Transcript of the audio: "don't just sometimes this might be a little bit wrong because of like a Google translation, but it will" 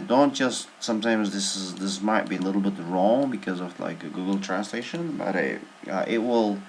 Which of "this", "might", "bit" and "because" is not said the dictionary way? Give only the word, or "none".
none